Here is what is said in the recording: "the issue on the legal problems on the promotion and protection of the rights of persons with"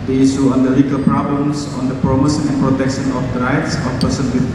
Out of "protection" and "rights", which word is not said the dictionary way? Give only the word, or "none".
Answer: none